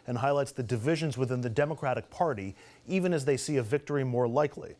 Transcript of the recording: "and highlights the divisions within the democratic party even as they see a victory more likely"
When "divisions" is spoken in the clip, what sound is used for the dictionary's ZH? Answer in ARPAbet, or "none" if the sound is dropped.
ZH